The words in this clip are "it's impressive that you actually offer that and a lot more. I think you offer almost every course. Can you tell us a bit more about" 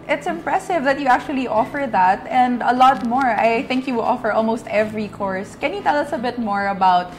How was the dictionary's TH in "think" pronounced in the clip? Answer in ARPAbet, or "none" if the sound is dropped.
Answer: TH